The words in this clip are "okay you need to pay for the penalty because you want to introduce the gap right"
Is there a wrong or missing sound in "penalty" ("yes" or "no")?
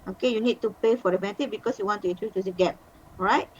yes